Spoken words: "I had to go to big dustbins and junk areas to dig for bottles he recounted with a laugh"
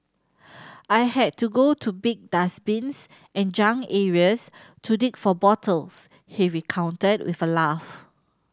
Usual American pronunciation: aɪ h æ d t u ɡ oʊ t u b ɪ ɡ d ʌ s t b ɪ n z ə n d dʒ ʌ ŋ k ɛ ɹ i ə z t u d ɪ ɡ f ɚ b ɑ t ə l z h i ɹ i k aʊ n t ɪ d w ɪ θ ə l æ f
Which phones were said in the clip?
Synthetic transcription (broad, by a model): aɪ h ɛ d t u ɡ oʊ t u b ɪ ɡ d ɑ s b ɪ n s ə n dʒ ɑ ŋ ɛ ɹ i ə s t u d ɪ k f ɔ b ɑ t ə l s h i ɹ i k aʊ n t ɪ d w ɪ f ə l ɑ f